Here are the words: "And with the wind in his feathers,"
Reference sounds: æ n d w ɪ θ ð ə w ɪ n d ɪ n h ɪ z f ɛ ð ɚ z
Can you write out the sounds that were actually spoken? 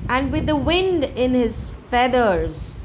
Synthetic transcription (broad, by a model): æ n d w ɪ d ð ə w ɪ n d ɪ n h ɪ z f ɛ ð ɚ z